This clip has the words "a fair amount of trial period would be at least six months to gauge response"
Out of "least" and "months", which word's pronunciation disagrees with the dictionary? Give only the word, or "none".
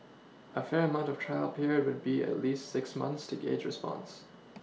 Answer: none